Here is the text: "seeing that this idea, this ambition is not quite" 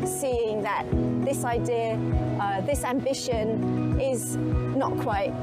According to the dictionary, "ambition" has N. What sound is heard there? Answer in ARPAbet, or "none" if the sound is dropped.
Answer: N